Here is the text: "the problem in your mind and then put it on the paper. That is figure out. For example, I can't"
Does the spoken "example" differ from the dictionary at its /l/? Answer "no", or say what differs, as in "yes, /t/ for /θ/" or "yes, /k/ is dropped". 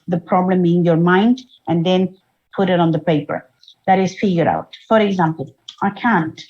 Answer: no